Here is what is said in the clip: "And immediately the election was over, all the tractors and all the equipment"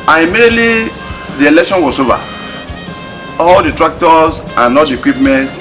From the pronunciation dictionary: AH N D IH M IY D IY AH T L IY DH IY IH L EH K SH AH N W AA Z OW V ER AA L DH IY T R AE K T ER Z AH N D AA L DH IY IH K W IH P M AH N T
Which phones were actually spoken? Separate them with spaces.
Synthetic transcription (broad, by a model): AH N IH M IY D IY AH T L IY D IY IH L EH K SH AH N W AA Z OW V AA AA L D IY T R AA K T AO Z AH N AA L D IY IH K W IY P M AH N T